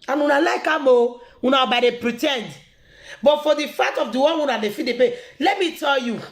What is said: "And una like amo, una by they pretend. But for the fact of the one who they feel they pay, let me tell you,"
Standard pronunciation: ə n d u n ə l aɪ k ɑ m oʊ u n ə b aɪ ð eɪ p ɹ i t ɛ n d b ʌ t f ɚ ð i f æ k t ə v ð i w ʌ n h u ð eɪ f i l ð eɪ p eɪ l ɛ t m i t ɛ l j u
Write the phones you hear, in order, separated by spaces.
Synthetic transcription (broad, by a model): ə n u n ə l aɪ k ɑ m oʊ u n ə b aɪ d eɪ p ɹ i t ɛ n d b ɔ t f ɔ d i f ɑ t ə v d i w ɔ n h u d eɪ f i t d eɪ p eɪ l ɛ t m i t ɛ l j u